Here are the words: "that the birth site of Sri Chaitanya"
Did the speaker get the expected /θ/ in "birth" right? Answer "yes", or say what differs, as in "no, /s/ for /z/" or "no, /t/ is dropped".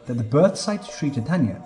yes